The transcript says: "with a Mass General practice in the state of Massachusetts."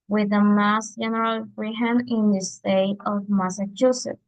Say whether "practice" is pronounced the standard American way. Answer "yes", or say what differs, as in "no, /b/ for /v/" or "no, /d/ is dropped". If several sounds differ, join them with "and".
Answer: no, /f/ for /p/